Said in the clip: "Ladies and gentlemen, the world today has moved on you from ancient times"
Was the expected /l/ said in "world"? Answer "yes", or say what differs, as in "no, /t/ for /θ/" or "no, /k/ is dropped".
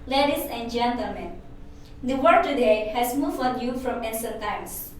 no, /l/ is dropped